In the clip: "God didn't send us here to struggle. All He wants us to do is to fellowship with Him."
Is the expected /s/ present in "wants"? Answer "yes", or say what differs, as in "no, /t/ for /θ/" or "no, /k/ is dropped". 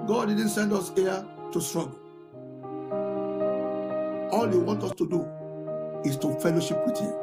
no, /s/ is dropped